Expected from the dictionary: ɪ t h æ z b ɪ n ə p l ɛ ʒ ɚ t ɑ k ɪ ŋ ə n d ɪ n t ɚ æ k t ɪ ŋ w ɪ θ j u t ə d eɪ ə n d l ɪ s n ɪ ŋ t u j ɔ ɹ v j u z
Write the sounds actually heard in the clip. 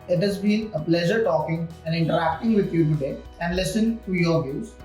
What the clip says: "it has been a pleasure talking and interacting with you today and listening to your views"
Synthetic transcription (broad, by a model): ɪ t h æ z b ɪ n ə p l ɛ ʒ ɚ t ɑ k ɪ ŋ ə n d ɪ n t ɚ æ k t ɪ ŋ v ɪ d j u t ə d eɪ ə n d l ɪ s ɪ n t u j ɔ ɹ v j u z